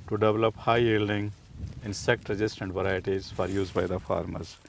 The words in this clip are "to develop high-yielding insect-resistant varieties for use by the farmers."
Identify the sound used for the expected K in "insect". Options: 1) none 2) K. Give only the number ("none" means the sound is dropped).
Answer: 2